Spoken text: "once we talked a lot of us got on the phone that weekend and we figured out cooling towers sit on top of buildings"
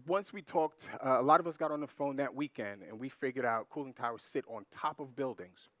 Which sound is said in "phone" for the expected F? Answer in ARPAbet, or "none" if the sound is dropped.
F